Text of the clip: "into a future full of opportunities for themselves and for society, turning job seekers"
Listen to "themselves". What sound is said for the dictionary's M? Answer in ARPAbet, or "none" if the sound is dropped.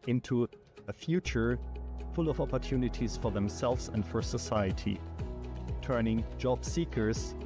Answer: M